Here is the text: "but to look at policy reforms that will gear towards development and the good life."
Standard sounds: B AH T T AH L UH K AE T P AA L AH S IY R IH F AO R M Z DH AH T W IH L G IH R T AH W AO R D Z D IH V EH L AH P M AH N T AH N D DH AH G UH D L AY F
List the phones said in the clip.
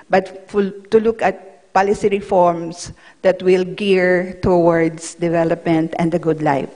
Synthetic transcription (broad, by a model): B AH T T AH L UH K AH T P AA L AH S IY R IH F AO R M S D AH T W IH L G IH R T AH W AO R D S D IH V EH L AH P M AH N T AH N D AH G UH D L AY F